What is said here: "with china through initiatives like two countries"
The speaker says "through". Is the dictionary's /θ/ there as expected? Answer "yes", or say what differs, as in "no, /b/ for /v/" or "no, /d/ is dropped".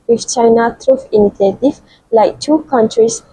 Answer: no, /t/ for /θ/